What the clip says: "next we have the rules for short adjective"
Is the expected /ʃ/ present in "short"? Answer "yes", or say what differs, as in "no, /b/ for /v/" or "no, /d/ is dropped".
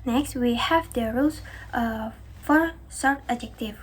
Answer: no, /s/ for /ʃ/